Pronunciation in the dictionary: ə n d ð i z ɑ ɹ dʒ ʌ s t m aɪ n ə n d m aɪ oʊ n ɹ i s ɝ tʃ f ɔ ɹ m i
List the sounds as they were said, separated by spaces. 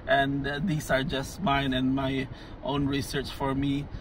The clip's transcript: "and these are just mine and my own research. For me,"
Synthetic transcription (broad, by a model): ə n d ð i s ɑ ɹ dʒ ʌ s t m aɪ n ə n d m aɪ oʊ n ɹ i s ɝ tʃ f ɔ ɹ m i